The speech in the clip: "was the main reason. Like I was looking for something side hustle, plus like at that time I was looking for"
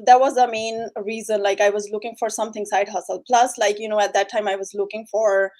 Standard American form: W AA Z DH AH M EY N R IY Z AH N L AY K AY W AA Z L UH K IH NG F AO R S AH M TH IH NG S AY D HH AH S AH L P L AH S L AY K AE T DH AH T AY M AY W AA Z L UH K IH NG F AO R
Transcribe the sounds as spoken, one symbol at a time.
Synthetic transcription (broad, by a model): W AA Z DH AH M EY N R IY Z AH N L AY K AY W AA Z L UH K IH NG F AO R S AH M T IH NG S AY D HH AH S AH L P L AH S L AY K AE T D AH T AY M AY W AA Z L UH K IH NG F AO R